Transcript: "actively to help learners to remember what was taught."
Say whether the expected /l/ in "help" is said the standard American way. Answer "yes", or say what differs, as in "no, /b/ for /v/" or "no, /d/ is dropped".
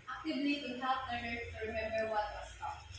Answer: no, /l/ is dropped